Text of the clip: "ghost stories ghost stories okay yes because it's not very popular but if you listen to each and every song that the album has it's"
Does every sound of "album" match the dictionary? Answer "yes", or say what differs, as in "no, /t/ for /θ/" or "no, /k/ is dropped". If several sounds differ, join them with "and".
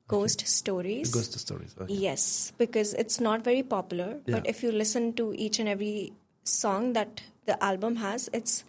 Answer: yes